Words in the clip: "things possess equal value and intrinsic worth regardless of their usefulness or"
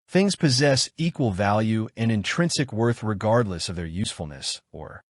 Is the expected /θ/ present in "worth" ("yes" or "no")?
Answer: yes